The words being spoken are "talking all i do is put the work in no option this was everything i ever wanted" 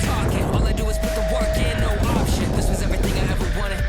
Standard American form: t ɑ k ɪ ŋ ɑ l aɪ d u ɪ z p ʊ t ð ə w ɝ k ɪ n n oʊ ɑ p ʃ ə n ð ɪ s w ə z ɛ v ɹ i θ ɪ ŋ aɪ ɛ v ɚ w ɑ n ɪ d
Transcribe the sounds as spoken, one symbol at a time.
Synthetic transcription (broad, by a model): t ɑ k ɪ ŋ ɑ l aɪ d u ɪ z p ʊ t ð ə w ɝ k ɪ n n oʊ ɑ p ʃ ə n ð ɪ s w ə z ɛ v ɹ i θ ɪ ŋ aɪ ɛ v ɚ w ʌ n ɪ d